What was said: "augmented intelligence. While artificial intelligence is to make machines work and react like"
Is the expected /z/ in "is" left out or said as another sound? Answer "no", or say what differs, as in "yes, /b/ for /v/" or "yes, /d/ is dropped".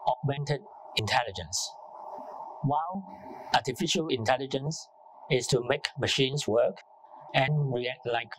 yes, /s/ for /z/